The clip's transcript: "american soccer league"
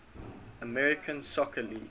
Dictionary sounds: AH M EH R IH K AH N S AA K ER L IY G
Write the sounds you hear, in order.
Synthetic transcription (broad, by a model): AH M EH R IH K AH N S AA K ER L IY